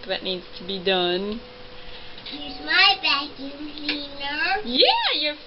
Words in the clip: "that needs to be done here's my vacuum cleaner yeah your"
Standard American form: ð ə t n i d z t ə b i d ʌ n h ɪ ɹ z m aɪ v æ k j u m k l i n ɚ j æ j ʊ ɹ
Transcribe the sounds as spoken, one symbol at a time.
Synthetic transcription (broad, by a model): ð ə t n i d z t ə b i d ʌ n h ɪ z m aɪ b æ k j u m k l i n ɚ j æ j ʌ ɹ